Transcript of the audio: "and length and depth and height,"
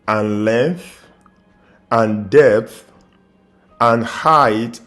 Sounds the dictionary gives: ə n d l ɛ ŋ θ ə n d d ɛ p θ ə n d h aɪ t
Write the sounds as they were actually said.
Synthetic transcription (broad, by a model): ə n l ɛ ŋ θ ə n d d ɛ p θ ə n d h aɪ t